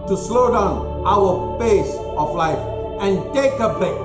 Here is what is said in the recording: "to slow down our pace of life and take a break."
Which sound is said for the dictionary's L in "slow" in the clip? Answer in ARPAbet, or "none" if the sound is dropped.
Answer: L